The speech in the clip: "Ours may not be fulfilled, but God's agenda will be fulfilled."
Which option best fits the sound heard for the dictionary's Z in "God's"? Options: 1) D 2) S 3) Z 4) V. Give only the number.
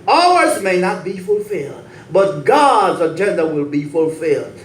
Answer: 3